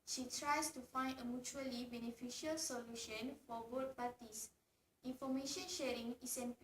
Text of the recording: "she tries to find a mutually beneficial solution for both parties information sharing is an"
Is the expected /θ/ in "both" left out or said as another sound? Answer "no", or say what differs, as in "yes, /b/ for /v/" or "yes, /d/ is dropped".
yes, /t/ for /θ/